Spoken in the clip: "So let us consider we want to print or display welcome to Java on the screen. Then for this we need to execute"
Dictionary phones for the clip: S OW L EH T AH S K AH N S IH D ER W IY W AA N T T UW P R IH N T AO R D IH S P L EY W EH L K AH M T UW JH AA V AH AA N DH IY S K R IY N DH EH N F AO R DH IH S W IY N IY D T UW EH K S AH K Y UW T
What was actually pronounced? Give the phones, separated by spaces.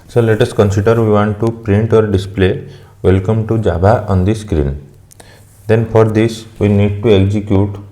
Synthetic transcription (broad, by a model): S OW L EH T AH S K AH N S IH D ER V IY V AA N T T UW P R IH N T AO R D IH S P L EY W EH L K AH M T UW JH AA B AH AA N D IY S K R IY N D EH N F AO R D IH S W IY N IY D T UW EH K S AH K Y UW T